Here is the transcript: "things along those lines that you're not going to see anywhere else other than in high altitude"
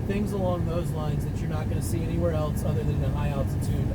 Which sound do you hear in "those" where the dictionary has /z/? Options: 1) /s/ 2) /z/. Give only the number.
2